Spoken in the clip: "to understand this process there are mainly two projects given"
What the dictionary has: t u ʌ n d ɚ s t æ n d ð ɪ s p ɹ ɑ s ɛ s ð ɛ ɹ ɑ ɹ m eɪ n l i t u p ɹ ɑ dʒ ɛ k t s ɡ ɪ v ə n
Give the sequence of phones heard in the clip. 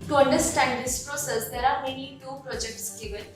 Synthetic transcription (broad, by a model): t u ʌ n d ɚ s t æ n d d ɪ s p ɹ ɑ s ɛ s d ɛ ɹ ɑ ɹ m eɪ n i t u p ɹ ɑ dʒ ɛ k t s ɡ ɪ v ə n